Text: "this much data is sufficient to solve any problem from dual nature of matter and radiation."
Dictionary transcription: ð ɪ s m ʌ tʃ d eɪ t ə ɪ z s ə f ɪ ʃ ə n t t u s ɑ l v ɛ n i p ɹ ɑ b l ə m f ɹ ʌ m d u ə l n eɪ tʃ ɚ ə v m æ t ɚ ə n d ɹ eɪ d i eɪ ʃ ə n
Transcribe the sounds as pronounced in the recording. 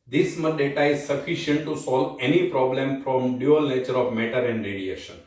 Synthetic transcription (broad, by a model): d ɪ s m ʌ d eɪ t ə ɪ z s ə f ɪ ʃ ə n t t u s ɑ l v ɛ n i p ɹ ɑ b l ə m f ɹ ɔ m d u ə l n eɪ tʃ ɚ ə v m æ t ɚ ə n d ɹ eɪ d i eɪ ʃ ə n